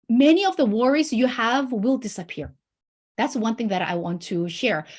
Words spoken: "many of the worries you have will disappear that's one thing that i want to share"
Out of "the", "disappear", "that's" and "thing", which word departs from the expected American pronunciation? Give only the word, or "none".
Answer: none